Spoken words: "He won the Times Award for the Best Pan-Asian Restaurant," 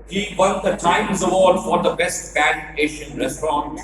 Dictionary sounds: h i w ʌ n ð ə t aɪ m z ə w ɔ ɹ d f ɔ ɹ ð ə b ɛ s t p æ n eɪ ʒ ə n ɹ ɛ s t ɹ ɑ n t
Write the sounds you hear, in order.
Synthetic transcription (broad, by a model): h i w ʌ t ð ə t aɪ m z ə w ɔ ɹ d f ɔ ɹ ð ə b ɛ s t b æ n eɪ ʃ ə n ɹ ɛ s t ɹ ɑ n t